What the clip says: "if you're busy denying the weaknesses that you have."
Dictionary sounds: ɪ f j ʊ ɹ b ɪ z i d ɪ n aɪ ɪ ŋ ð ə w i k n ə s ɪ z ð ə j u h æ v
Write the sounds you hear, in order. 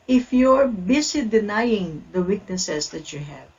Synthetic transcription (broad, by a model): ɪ f j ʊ ɹ b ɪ s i d ɪ n aɪ ɪ ŋ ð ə w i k n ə s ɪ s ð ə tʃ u h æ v